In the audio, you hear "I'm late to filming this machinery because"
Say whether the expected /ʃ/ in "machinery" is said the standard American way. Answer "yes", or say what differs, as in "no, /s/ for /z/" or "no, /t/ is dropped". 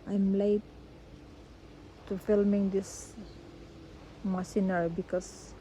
no, /s/ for /ʃ/